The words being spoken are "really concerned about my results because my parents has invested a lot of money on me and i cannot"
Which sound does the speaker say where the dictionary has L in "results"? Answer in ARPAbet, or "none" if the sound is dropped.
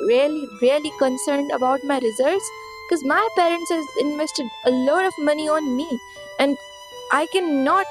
none